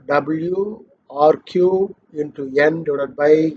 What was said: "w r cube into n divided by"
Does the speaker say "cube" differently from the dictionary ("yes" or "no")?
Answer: yes